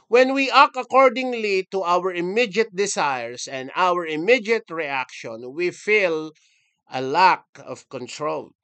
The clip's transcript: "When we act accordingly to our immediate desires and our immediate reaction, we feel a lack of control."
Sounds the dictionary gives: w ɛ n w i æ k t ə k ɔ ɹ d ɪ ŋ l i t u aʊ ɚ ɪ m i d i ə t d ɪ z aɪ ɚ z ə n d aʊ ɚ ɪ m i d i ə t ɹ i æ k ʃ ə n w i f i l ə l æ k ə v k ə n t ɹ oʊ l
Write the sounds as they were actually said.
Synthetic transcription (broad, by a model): w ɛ n w i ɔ k ə k ɔ ɹ d ɪ ŋ l i t u aʊ ɚ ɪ m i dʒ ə t d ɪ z aɪ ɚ s ə n d aʊ ɚ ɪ m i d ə t ɹ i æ k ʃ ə n w i f i l ə l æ k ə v k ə n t ɹ oʊ l